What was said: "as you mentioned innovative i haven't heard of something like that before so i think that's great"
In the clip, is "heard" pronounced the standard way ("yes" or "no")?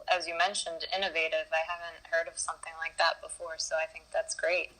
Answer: yes